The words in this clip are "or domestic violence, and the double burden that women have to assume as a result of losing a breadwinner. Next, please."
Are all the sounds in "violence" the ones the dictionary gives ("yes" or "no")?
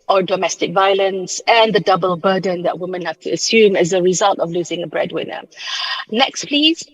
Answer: yes